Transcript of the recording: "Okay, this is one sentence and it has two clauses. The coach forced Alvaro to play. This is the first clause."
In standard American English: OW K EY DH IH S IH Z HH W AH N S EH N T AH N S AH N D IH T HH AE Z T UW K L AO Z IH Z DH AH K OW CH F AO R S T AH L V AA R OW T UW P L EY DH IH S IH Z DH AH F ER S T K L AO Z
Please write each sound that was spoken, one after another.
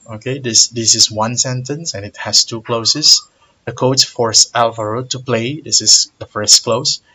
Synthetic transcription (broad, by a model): OW K EY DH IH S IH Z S W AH N S EH N T AH N S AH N IH T HH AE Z T UW K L AO S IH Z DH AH K OW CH F AO R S AH L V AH R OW T UW P L EY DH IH S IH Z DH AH F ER S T K L AO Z